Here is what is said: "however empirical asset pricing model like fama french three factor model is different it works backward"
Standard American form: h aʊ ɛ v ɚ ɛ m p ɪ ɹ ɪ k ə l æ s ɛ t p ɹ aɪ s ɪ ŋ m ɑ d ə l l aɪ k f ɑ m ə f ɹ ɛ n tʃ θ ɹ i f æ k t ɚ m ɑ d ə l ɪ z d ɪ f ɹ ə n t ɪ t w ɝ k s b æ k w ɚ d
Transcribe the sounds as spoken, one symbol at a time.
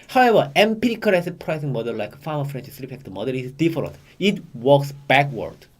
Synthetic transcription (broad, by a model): h aʊ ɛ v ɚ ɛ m p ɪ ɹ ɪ k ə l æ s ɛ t p ɹ aɪ s ɪ ŋ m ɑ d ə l l aɪ k f ɑ m ə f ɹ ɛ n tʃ s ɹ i p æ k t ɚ m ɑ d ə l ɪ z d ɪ f ɹ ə n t ɪ t w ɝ k s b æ k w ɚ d